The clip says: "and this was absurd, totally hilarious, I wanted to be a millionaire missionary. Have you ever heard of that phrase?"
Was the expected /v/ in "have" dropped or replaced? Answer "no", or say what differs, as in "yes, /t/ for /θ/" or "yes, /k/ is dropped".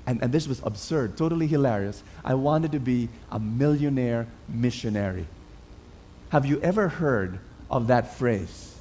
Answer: no